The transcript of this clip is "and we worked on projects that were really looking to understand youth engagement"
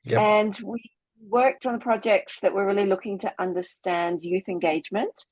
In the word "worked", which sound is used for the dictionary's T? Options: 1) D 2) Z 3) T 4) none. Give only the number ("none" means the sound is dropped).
3